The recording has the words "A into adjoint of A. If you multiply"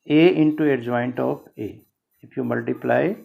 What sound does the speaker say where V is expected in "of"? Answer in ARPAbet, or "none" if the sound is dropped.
P